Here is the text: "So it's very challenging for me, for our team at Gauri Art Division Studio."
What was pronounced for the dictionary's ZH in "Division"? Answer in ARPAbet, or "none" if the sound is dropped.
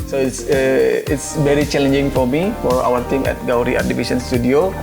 S